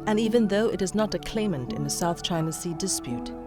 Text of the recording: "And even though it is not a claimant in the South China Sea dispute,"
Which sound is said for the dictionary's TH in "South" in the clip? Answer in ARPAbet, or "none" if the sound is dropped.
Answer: TH